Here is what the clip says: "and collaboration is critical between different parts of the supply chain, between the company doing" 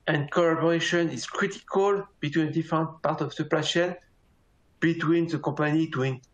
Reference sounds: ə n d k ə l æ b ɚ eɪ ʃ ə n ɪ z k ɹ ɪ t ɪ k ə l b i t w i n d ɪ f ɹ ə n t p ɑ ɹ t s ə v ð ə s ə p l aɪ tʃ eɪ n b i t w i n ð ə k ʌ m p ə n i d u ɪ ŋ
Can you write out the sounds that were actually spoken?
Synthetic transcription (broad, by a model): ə n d k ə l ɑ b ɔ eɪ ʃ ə n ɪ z k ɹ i t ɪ k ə l b i t w i n d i f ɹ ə n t p ɑ ɹ t ə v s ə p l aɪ ʃ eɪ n b i t w i n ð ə k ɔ p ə n i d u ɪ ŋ